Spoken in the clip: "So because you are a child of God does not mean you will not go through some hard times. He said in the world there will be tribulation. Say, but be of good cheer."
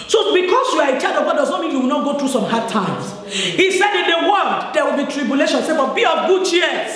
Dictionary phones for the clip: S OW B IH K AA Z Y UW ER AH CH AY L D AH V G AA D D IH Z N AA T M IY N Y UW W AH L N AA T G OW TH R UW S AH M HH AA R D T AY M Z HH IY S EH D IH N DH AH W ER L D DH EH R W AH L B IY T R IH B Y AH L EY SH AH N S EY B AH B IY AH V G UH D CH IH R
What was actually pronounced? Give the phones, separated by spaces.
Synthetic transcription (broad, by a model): S OW B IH K AA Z Y UW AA AH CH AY D AH V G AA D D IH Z N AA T M IY N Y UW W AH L N AA T G OW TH R UW S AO M HH AA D T AY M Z HH IY S EH D IH N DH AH W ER L D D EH W AH L B IY T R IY B Y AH L EY SH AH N S EY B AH B IY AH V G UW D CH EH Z